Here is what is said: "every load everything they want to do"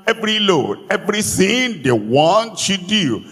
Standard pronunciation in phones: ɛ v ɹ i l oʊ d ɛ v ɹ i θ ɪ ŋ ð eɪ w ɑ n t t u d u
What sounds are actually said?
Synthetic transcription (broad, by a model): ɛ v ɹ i l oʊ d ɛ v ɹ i s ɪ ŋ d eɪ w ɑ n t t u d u